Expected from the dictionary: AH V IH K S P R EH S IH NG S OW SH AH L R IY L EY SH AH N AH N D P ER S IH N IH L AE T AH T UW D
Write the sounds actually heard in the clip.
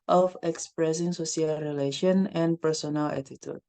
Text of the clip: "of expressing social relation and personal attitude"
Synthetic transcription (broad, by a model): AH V IH K S P R EH S IH NG S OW S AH L R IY L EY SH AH N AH N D P ER S IH N IH L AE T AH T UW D